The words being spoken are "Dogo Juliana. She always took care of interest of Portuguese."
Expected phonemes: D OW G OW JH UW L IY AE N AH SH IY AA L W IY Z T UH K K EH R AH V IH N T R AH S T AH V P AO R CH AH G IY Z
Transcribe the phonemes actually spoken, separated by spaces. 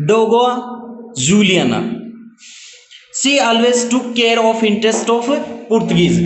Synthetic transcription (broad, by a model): D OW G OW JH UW L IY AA N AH S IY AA L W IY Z T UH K K EH R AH F IH N T R AH S T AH F P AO R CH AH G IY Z